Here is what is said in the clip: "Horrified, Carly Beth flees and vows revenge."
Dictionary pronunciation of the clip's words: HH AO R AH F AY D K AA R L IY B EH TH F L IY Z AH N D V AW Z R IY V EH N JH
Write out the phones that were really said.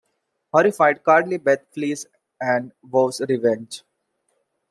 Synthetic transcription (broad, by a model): HH AO R AH F AY D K AA R L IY B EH T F L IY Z AH N D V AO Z R IY V EH N JH